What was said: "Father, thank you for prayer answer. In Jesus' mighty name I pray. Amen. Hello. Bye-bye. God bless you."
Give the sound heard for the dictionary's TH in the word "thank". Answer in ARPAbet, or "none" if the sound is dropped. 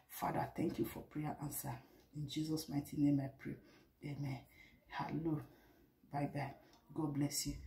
T